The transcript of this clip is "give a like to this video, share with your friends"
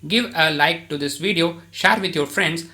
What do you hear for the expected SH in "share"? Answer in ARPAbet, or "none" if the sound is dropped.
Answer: SH